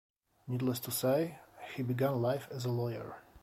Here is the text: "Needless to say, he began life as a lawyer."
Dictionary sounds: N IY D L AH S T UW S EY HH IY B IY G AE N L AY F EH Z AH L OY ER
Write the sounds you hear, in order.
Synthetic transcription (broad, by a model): N IY D L AH S T UW S EY HH IY B IY G AE N L AY F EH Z AH L OY ER